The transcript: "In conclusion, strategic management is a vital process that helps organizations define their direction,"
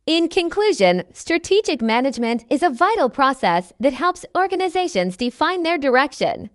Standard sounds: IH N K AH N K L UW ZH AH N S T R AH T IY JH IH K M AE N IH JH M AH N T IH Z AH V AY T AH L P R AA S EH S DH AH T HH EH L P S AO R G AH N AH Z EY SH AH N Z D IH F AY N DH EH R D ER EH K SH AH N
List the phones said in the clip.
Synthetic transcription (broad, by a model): IH N K AH N K L UW ZH AH N S T R AH T IY JH IH K M AE N IH JH M AH N T IH Z AH V AY T L P R AA S EH S DH AH T HH EH L P S AO R G AH N AH Z EY SH AH N Z D IH F AY N DH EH R D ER EH K SH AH N